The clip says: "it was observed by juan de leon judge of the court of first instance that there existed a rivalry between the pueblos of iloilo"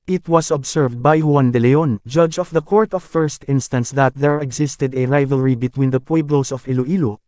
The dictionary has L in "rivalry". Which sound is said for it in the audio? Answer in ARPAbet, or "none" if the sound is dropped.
L